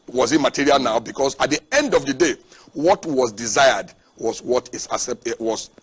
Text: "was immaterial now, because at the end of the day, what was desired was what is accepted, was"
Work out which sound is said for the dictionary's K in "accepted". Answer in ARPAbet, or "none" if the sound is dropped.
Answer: none